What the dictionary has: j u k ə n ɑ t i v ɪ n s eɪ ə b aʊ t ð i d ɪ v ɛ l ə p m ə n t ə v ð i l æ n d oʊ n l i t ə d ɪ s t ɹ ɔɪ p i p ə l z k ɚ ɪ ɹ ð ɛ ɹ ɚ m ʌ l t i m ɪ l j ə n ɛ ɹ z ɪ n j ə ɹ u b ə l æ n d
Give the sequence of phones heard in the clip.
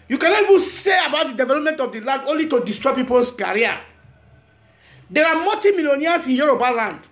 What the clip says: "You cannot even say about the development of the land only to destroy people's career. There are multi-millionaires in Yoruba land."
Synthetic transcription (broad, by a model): j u k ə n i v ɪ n s eɪ ə b aʊ t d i d ɪ v ɛ l ə p m ə n t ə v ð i l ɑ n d oʊ n l i t ə d ɪ s t ɹ ɔɪ p i p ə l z k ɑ ɹ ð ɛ ɹ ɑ m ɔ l t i m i l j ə n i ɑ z ɪ n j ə ɹ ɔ b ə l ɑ n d